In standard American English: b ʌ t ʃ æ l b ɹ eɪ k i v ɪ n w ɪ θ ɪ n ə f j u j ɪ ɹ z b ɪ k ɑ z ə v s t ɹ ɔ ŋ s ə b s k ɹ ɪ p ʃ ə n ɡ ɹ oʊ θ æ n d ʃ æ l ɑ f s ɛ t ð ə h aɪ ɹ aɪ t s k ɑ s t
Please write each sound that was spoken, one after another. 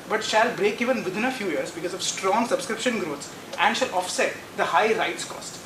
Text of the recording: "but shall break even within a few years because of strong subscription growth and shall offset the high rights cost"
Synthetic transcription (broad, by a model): b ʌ t ʃ æ l b ɹ eɪ k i v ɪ n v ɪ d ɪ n ə f j u j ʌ ɹ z b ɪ k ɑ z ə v s t ɹ ɔ ŋ s ə b s k ɹ ɪ p ʃ ə n ɡ ɹ oʊ s æ n d ʃ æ l ɑ f s ɛ t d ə h aɪ ɹ aɪ t s k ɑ s t